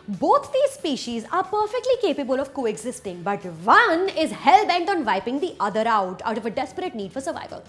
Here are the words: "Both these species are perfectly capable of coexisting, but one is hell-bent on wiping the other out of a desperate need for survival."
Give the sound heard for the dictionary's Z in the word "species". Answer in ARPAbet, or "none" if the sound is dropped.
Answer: Z